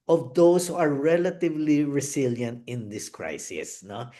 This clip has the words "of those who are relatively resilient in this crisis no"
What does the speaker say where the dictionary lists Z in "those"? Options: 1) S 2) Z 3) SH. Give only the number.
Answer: 1